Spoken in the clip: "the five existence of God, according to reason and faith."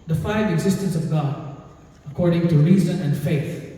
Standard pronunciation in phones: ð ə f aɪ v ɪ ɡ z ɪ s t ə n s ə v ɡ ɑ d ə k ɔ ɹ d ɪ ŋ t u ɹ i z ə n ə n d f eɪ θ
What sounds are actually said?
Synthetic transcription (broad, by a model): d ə f aɪ v ɪ ɡ z ɪ s t ə n s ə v ɡ ɑ d ə k ɔ ɹ d ɪ ŋ t u ɹ i z ə n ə n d f eɪ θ